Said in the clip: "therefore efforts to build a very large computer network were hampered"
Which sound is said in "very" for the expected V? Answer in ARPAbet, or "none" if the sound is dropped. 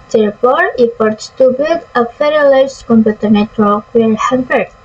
F